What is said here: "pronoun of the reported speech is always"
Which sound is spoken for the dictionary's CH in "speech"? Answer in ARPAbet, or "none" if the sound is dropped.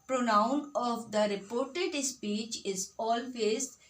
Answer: CH